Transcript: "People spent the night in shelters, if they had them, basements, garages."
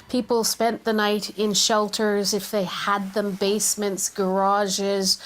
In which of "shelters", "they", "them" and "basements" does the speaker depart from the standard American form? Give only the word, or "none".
none